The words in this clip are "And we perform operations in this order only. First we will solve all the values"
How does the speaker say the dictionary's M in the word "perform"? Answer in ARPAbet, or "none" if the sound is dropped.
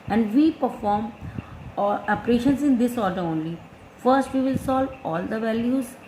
M